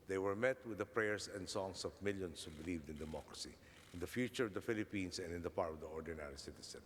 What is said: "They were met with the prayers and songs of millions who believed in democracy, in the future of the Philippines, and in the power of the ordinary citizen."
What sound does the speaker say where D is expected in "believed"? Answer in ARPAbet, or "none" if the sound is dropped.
D